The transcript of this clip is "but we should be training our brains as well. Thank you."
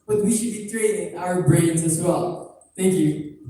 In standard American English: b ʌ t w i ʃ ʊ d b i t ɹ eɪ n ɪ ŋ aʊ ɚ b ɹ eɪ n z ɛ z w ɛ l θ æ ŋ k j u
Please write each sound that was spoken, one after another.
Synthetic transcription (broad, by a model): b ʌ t w i ʃ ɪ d b i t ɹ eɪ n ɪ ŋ aʊ ɚ b ɹ eɪ n z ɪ z w ɛ l θ æ ŋ k j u